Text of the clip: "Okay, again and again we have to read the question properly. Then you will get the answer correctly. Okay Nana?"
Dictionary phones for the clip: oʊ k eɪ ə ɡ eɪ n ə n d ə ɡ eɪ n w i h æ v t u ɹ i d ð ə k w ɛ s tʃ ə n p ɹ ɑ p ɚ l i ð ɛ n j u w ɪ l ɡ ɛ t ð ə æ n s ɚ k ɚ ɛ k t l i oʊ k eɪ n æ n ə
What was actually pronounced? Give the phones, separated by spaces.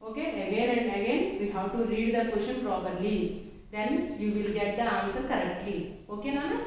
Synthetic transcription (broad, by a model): oʊ k eɪ ə ɡ eɪ n ə n d ə ɡ eɪ n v i h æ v t u ɹ i d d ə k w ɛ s ʃ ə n p ɹ ɑ p ɚ l i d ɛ n j u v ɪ l ɡ ɛ t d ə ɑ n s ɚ k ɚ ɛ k t l i oʊ k eɪ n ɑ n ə